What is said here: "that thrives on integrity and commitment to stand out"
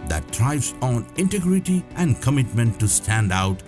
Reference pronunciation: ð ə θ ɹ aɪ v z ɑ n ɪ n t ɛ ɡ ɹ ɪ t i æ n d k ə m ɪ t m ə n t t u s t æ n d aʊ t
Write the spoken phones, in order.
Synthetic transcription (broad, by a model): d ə t ɹ aɪ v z ɑ n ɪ n t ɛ ɡ ɹ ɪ t i æ n d k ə m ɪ t m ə n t t u s t æ n d aʊ t